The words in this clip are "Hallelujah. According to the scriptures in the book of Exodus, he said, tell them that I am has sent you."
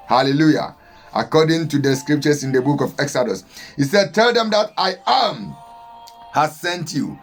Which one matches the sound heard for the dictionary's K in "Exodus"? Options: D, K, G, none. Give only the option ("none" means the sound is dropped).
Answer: K